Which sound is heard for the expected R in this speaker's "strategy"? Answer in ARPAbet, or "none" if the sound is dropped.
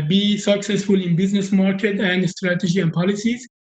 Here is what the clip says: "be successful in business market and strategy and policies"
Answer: R